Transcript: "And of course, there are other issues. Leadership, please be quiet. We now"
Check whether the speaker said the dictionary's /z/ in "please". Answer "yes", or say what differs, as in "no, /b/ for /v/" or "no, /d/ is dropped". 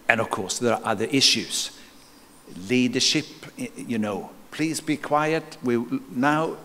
yes